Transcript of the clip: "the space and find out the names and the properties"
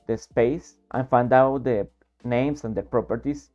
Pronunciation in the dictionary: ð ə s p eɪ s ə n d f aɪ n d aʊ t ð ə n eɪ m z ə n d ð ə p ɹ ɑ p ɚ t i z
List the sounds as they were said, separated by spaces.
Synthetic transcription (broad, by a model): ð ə s p eɪ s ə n f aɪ n d aʊ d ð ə n eɪ m s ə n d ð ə p ɹ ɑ p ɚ t i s